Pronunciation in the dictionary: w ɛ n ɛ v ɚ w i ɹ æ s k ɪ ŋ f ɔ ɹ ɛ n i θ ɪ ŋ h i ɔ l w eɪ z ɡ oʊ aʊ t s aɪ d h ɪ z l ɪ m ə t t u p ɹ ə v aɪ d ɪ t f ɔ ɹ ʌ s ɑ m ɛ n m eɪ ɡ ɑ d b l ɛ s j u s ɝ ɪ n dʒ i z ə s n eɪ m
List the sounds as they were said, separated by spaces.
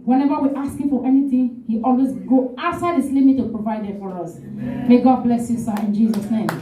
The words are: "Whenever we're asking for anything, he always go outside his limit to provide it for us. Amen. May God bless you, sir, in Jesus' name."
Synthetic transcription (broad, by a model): w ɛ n ɛ v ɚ w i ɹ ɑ s k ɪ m f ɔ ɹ ɛ n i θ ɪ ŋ h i ɔ l w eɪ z ɡ oʊ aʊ s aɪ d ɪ s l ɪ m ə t t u p ɹ ə v aɪ d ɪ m f ɔ ɹ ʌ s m m eɪ ɡ ɑ d b l ɛ s j u s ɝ ɪ n dʒ i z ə s n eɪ m